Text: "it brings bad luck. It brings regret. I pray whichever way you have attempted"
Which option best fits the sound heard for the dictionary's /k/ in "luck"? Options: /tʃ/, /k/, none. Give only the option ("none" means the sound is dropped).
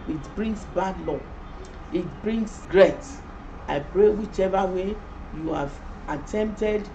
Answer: none